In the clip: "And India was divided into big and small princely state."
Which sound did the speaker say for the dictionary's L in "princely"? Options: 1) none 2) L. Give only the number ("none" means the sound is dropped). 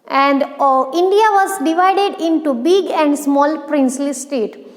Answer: 2